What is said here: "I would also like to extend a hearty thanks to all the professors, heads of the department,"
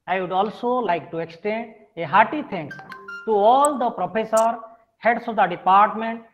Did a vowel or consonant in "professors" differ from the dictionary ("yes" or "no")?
yes